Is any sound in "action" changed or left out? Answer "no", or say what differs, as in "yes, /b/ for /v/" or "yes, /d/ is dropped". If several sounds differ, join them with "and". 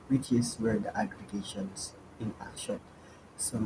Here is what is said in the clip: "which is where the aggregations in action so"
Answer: yes, /k/ is dropped